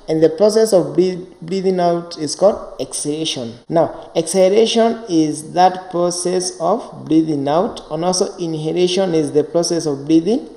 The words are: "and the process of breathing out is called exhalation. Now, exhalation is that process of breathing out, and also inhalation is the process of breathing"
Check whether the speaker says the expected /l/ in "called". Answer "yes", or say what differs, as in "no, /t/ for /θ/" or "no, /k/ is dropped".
yes